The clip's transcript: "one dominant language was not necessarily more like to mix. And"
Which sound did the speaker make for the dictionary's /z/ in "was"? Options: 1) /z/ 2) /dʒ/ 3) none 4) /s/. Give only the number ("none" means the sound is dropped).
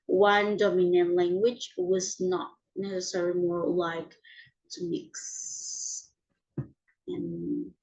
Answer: 1